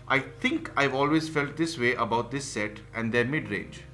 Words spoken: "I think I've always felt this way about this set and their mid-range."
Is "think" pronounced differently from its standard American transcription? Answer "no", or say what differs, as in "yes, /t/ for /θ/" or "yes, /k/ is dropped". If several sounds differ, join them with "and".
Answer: yes, /t/ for /θ/